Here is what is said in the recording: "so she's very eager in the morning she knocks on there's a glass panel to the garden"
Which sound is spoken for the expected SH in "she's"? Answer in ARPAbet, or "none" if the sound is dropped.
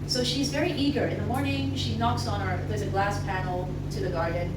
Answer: SH